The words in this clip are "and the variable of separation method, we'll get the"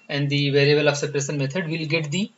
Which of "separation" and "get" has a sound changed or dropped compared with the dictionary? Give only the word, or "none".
separation